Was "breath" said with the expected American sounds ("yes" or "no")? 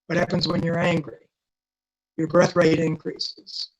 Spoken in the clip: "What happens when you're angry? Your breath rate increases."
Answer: yes